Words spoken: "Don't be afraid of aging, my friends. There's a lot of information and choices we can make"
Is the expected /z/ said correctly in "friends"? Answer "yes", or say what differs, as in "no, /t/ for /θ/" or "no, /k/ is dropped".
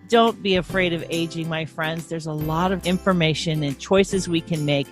yes